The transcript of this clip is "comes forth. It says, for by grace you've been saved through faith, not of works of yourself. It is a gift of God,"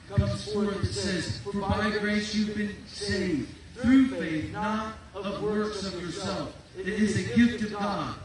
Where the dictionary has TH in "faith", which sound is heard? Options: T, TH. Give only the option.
TH